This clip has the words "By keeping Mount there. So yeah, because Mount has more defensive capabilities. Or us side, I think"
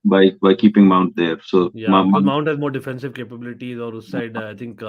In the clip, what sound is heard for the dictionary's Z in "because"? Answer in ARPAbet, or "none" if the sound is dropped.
none